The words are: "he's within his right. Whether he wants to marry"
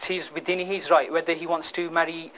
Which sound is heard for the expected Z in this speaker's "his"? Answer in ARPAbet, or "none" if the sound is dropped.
Z